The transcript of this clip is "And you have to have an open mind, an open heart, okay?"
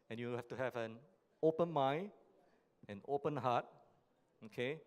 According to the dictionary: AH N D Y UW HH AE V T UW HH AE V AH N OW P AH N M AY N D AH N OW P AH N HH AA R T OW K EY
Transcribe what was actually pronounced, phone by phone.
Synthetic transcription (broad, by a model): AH N Y UW HH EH F T UW HH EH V AH N OW P AH N M AY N AH N OW P AH N HH AA T OW K EY